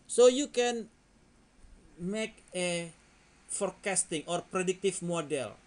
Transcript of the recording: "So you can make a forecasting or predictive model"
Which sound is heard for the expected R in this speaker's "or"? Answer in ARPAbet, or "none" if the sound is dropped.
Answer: R